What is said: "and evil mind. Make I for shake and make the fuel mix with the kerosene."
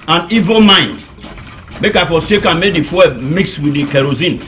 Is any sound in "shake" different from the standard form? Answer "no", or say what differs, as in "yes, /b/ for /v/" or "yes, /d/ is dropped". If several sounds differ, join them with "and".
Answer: yes, /s/ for /ʃ/